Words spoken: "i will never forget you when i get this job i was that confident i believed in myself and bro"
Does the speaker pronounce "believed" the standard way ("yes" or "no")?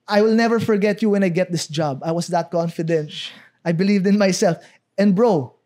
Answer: yes